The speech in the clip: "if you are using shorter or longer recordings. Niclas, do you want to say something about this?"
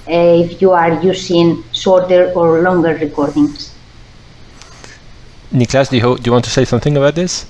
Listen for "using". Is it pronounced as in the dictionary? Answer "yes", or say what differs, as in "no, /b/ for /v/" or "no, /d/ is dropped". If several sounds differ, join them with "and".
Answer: no, /s/ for /z/